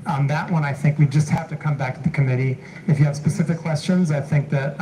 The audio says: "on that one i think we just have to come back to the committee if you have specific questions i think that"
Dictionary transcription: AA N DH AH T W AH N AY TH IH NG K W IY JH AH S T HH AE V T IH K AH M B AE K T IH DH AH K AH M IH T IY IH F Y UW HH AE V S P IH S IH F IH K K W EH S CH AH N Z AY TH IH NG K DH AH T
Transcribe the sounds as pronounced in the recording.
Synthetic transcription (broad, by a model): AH N DH AH T W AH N AY TH IH NG K W IY JH AH S T HH AE F T IH K AH M B AE K T IH DH AH K AH M IH T IY IH F Y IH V S P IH S IH F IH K K W EH S CH AH N Z AY TH IH NG K DH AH T